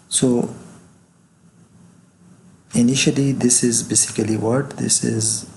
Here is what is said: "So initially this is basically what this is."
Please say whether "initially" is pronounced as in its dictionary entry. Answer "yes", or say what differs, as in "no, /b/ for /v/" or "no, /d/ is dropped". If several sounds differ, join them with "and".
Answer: yes